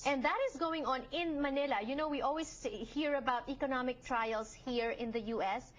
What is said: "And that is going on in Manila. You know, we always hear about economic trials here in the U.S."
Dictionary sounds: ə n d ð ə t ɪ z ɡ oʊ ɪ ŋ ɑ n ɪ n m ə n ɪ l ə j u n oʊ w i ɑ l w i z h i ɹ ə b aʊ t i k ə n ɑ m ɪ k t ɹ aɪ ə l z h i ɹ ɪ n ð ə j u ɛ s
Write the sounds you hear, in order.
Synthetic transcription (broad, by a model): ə n d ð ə t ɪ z ɡ oʊ ɪ ŋ ɑ n ɪ n m ə n ɪ l ə j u n oʊ w i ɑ l w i s h i ɹ ə b aʊ t i k ə n ɑ m ɪ k t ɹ aɪ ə l s h i ɹ ɪ n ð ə j u ɛ s